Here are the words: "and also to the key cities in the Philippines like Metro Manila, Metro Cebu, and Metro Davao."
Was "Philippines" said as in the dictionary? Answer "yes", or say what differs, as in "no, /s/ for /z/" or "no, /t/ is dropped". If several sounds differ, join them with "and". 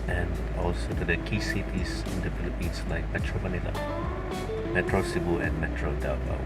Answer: no, /s/ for /z/